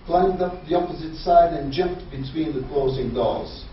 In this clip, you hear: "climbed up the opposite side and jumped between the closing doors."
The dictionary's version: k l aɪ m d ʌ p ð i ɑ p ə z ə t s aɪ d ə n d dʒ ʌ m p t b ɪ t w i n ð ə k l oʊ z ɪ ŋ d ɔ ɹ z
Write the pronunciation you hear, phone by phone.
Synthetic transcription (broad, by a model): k l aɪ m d ʌ p ð i ɑ p ə z ə t s aɪ d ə n dʒ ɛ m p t b ɪ t w i n ð ə k l oʊ z ɪ ŋ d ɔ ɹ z